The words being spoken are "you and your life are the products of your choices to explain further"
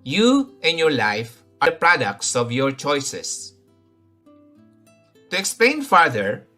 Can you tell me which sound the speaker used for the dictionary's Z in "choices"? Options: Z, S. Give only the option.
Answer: S